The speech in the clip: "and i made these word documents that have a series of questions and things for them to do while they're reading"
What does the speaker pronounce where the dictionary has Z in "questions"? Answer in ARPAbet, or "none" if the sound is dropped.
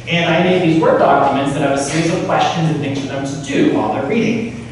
Z